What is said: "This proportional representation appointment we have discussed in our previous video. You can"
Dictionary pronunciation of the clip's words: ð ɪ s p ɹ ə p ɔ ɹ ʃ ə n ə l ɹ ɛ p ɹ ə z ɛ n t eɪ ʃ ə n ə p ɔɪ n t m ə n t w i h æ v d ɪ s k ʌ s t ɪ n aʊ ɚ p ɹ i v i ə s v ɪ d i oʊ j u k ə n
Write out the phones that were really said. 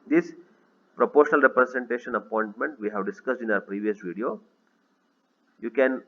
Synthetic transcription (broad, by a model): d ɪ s p ɹ ə p ɔ ɹ ʃ ə n ə l ɹ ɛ p ɹ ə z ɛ n t eɪ ʃ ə n ə p ɔɪ n t m ə n t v i h æ v d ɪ s k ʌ s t ɪ n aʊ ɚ p ɹ i v i ə s v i d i oʊ j u k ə n